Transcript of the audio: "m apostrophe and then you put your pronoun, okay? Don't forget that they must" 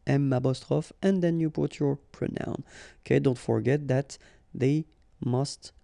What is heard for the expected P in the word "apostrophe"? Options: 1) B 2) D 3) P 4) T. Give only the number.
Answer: 1